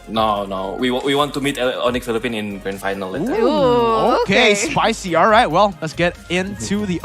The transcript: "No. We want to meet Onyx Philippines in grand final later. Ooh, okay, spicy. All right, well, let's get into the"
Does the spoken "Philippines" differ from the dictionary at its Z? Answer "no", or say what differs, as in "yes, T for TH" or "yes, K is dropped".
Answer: yes, Z is dropped